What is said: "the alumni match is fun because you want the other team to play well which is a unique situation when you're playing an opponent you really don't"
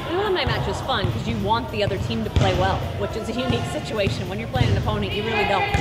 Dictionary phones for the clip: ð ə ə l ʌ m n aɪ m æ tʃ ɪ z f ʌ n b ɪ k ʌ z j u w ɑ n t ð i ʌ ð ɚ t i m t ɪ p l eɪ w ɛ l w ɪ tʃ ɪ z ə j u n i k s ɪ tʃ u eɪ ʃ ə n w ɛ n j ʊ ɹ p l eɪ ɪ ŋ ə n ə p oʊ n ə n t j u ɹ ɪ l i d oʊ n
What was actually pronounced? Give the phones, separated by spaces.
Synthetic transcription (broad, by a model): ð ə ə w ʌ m aɪ m æ tʃ ɪ z f ʌ n k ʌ z j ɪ w ɑ n ð i ʌ ð ɚ t i m t ɪ p l eɪ w ɛ l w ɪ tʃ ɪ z ə j u n i k s ɪ tʃ u eɪ ʃ ə n w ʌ n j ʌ ɹ p l eɪ ɪ ŋ ə n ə p oʊ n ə n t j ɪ ɹ ɪ l i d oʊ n